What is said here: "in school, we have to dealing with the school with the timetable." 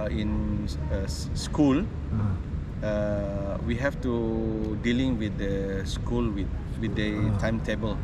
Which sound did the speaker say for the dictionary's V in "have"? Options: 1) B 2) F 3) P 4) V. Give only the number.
2